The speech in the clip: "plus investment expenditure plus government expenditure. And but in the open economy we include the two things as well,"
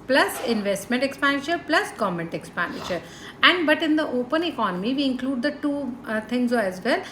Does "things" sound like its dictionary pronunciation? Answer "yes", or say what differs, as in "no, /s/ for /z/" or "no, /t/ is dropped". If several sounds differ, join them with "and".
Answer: no, /t/ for /θ/